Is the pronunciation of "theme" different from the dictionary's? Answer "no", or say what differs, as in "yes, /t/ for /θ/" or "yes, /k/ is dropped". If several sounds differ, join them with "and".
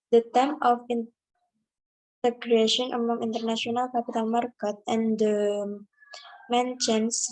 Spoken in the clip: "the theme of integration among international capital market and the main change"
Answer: yes, /t/ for /θ/